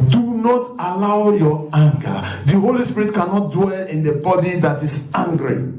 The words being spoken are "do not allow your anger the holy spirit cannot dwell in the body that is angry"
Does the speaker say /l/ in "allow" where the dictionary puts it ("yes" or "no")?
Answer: yes